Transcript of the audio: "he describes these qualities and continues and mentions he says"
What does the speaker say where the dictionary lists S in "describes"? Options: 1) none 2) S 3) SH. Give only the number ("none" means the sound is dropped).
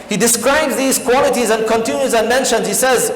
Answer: 2